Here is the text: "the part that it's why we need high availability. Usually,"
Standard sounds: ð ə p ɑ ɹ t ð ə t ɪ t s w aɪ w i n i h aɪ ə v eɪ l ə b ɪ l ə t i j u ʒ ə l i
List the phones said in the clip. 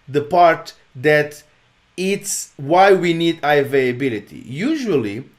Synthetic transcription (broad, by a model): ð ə p ɑ ɹ t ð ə t ɪ t s w aɪ w i n i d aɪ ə v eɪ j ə b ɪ l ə t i j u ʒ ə l i